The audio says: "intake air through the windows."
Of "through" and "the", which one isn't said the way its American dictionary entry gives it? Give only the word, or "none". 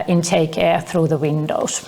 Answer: none